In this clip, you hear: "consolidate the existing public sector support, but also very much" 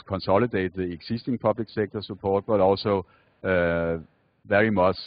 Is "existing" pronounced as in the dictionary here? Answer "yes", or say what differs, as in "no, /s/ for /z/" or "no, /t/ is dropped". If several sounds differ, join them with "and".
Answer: no, /s/ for /z/